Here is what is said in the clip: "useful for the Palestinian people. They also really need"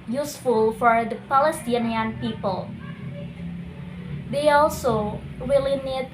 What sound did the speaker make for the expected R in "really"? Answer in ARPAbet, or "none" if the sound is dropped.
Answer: W